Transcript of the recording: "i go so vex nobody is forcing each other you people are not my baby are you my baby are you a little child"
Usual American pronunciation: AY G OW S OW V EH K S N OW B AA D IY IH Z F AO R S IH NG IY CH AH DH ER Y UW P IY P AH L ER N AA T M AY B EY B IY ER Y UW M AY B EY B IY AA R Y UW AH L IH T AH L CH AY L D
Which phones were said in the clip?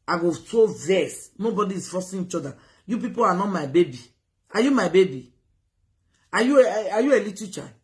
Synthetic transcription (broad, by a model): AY G OW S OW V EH S N OW B AA D IY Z F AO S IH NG IY CH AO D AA Y UW P IY P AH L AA N AA T M AY B EY B IY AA Y UW M AY B EY B IY AA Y Y UW AH L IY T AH CH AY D